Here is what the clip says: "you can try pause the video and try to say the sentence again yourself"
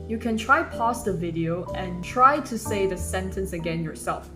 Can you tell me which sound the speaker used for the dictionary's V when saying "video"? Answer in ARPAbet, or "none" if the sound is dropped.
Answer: V